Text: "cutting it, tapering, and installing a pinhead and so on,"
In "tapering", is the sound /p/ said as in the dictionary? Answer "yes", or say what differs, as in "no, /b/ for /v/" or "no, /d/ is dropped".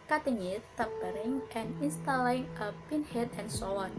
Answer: no, /b/ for /p/